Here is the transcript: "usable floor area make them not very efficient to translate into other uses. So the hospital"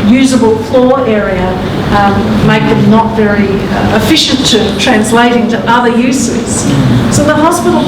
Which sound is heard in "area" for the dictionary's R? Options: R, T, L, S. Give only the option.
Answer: R